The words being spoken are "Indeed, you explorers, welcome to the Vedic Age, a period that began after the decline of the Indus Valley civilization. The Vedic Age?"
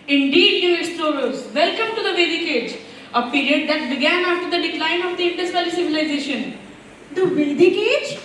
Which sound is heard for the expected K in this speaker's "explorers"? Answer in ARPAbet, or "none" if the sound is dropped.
none